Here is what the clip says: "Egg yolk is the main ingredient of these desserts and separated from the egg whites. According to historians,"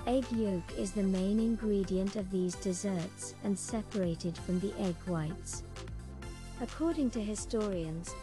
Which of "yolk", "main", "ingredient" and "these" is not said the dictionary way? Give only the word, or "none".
none